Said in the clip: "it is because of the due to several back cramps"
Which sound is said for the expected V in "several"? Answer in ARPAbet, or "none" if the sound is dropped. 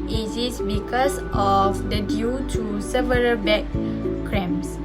V